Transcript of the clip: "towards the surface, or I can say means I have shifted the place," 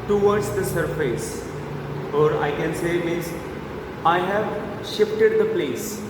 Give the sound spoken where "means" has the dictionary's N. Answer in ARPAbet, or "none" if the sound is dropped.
none